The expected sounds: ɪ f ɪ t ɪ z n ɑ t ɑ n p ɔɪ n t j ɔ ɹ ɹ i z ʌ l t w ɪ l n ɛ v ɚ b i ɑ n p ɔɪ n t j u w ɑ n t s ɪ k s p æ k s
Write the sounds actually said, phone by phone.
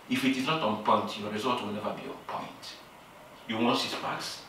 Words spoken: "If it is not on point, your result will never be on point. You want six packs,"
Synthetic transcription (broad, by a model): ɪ f ɪ t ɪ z n ɑ t ɑ n p ɔɪ n t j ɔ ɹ ɹ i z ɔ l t w ɪ l n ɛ v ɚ b i ɑ n p ɔɪ n t j u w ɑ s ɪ s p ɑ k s